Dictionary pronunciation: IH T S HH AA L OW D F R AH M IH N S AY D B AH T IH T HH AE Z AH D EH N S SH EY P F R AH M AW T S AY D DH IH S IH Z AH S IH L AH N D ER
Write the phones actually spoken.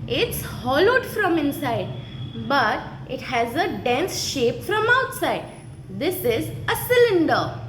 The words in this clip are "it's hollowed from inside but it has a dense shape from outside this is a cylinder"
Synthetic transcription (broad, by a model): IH T S HH AA L OW D F R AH M IH N S AY D B AH T IH T HH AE Z AH D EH N S SH EY P F R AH M AW T S AY D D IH S IH Z AH S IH L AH N D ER